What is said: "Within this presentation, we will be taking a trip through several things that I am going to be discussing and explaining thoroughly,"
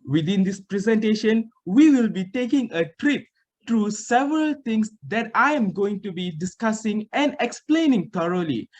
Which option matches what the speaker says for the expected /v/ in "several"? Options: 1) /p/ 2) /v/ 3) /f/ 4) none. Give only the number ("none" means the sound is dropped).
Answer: 2